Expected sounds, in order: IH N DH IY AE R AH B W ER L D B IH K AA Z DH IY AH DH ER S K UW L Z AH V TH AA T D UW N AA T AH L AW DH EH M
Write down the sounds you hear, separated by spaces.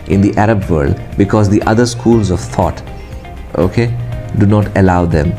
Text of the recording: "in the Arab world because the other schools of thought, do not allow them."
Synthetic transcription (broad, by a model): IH N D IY AE R AH B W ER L D B IH K AA Z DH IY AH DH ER S K UW L Z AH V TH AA T D UW N AA T AH L AW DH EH M